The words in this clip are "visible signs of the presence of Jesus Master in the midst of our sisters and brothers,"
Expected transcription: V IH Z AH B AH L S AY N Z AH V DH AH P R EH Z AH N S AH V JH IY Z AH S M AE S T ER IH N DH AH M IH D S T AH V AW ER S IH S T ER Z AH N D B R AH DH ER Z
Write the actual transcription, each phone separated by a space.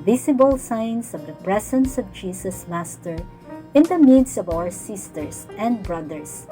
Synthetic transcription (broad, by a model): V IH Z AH B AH L S AY N S AH V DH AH P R EH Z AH N S AH V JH IY S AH S M AE S T ER IH N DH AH M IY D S AH V AW ER S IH S T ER S AH N D B R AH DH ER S